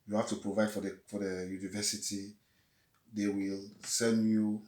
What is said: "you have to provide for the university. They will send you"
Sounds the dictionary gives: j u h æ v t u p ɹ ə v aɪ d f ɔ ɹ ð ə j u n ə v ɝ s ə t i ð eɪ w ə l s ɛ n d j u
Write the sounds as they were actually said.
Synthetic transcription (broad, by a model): j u h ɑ f t u p ɹ ə v aɪ d f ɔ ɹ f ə j u n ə v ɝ s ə t i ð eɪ w ə l s ɛ n d j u